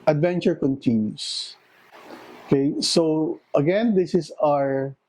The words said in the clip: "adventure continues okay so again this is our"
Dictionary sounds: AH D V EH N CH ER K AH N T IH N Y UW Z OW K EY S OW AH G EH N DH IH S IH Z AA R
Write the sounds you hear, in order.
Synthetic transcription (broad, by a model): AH D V EH N CH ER K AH N T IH N Y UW S OW K EY S OW AH G EH N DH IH S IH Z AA R